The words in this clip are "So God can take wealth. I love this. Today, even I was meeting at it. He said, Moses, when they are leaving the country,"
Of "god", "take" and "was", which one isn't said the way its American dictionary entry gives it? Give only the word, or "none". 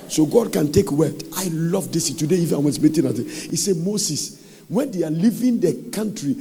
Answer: was